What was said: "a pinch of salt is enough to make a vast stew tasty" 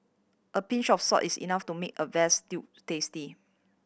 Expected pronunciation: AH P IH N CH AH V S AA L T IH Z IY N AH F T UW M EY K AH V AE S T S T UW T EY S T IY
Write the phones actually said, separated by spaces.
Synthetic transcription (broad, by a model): AH P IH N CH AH F S AA T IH S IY N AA F T UW M EY K AH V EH S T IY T T EY S T IY